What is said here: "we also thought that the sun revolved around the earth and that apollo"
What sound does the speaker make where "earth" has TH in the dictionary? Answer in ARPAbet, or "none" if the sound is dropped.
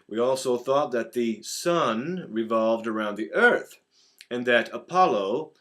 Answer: TH